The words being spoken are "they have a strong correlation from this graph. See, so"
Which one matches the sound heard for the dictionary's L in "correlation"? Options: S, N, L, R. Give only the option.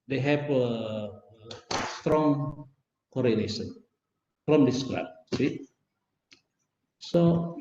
N